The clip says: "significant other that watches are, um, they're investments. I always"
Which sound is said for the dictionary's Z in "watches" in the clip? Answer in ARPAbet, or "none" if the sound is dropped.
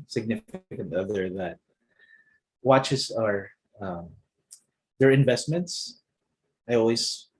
S